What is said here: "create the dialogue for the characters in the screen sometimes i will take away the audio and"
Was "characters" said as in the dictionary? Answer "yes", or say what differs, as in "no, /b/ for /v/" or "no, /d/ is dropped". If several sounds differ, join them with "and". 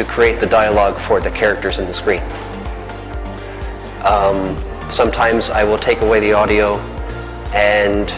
yes